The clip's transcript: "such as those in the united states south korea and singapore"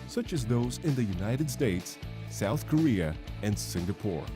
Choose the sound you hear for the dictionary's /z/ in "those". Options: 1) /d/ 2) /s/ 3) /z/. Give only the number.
3